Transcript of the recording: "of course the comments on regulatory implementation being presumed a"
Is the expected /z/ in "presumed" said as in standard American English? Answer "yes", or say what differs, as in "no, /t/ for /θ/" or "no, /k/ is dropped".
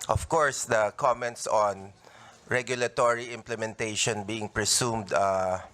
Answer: no, /s/ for /z/